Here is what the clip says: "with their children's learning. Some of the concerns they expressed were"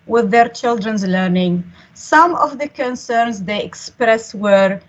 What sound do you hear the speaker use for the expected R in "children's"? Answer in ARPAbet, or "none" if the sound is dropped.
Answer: R